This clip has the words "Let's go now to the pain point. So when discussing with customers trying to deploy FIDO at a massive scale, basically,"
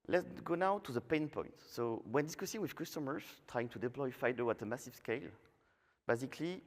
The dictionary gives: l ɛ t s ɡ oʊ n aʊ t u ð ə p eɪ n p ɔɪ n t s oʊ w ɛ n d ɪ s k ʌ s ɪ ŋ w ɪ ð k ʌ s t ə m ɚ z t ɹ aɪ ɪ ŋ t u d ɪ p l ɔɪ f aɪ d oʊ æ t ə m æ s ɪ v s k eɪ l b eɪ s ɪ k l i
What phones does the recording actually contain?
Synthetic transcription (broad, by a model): l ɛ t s ɡ oʊ n aʊ t u ð ə p eɪ n p ɔɪ n t s oʊ w ɛ n d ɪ s k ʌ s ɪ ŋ w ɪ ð k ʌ s t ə m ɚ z t ɹ aɪ ɪ ŋ t u d ɪ p l ɔɪ f aɪ d oʊ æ t ə m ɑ s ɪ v s k eɪ l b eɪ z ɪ k l i